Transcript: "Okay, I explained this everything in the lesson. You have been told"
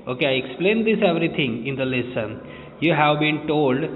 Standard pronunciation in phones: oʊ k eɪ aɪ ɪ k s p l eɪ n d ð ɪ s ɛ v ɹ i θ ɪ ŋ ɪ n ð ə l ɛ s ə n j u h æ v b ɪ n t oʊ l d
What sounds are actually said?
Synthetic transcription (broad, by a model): oʊ k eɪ aɪ ɪ k s p l eɪ n d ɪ s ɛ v ɹ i t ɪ ŋ ɪ n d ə l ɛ s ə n j u h æ v b ɪ n t oʊ l d